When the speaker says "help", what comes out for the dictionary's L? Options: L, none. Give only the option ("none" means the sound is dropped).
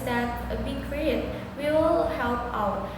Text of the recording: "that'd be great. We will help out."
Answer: L